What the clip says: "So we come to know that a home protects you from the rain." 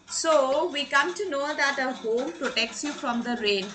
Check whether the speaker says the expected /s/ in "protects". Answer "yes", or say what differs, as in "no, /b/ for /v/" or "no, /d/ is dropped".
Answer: yes